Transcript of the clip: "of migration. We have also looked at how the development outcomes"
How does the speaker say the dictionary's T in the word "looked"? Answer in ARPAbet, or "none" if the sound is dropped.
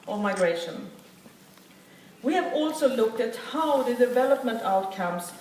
T